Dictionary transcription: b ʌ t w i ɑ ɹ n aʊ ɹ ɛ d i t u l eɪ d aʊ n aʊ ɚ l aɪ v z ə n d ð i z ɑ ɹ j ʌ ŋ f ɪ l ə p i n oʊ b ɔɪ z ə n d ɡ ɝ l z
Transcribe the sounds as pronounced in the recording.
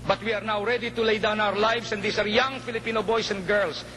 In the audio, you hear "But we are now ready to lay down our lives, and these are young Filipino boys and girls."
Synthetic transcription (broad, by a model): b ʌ t w i ɑ ɹ n aʊ ɹ ɛ d i t u l eɪ d aʊ n aʊ ɚ l aɪ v s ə n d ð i s ɑ ɹ j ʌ ŋ f ɪ l ə p i n oʊ b ɔɪ s ə n d ɡ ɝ l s